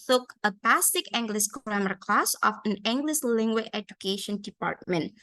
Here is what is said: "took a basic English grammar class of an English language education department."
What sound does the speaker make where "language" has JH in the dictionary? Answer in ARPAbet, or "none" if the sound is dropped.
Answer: none